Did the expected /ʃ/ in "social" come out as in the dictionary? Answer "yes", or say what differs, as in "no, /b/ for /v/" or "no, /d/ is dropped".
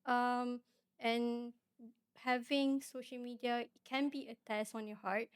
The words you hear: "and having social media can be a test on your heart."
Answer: yes